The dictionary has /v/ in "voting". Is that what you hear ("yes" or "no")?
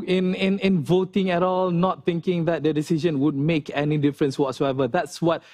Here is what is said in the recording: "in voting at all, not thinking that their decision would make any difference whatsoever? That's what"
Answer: yes